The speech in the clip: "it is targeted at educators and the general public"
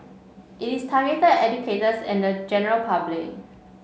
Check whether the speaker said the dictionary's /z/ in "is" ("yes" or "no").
no